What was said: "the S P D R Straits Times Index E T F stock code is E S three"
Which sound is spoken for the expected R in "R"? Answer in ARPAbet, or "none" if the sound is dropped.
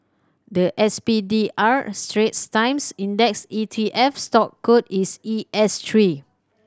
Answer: R